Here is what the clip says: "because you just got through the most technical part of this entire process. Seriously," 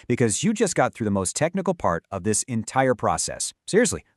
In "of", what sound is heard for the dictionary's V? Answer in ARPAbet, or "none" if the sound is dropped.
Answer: V